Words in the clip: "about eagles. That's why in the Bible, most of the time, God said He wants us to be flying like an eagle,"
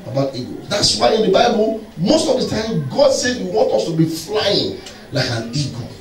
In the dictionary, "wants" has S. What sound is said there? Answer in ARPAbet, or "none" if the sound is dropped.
none